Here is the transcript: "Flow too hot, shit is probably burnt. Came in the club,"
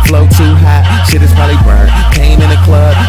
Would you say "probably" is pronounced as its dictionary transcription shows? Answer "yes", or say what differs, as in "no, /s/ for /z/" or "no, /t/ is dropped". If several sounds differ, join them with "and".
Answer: no, /ɹ/ is dropped and /b/ is dropped